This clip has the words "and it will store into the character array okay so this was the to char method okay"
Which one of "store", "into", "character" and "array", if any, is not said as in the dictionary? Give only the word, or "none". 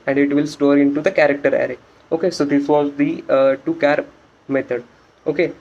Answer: none